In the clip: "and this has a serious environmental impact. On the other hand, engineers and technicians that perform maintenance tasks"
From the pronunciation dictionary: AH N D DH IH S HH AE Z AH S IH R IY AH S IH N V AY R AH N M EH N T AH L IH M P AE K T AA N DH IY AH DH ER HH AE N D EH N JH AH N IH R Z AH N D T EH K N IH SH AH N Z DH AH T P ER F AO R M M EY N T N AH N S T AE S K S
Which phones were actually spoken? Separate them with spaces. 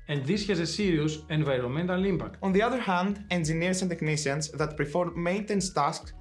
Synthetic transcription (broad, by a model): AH N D DH IH S HH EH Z AH S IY R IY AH S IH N V AY R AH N M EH N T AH L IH M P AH K T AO N DH IY AH DH ER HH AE N D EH N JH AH N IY R S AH N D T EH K N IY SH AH N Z DH AH T P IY F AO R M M EY N T AH N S T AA S K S